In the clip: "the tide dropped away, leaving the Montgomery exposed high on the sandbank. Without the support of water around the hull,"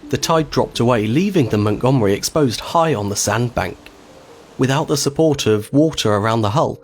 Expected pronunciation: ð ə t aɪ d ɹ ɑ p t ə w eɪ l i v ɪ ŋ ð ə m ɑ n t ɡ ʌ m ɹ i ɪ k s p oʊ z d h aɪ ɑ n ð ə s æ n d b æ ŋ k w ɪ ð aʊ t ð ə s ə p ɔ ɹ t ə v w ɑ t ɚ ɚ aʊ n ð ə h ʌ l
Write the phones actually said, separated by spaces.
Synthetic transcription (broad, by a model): ð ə t aɪ d ɹ ɑ p t ə w eɪ l i v ɪ ŋ ð ə m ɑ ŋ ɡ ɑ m ɹ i ɪ k s p oʊ z d h aɪ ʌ n ð ə s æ n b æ ŋ k w ɪ ð aʊ t ð ə s ə p ɔ ɹ t ə v w ɑ t ɚ ɚ aʊ n ð ə h ʌ l